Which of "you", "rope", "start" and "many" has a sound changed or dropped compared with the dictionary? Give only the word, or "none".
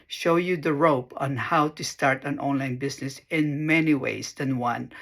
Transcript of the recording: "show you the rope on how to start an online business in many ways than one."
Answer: none